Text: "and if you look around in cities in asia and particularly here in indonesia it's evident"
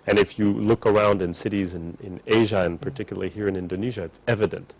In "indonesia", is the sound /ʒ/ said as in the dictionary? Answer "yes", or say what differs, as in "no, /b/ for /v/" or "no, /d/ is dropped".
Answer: yes